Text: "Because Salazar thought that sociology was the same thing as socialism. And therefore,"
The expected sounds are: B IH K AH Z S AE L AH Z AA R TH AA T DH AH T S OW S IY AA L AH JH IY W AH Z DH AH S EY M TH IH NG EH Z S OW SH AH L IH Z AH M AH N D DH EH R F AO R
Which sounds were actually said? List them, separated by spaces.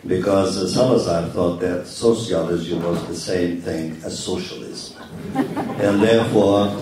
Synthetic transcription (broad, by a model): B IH K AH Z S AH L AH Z AA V TH AA T DH AH T S OW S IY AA L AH Z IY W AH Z DH AH S EY M TH IH NG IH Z S OW SH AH L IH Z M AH N DH EH R F AO R